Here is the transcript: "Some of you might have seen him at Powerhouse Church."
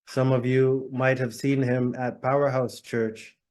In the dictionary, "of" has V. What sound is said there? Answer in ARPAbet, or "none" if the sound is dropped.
V